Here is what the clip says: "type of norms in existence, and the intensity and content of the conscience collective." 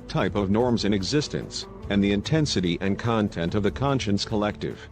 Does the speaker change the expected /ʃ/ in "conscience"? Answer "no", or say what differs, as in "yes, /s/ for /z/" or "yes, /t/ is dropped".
no